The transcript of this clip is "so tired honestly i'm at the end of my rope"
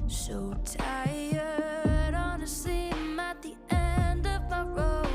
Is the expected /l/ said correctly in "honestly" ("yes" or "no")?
no